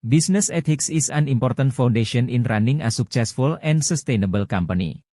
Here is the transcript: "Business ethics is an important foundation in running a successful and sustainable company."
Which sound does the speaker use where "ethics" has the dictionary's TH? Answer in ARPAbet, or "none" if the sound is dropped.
T